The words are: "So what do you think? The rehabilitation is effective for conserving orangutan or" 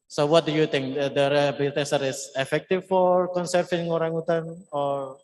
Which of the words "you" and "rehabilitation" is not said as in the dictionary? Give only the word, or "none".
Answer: rehabilitation